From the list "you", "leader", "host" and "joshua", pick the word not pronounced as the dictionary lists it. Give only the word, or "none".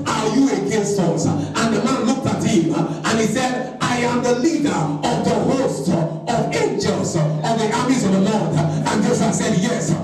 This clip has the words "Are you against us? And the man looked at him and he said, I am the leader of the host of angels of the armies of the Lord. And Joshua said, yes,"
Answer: joshua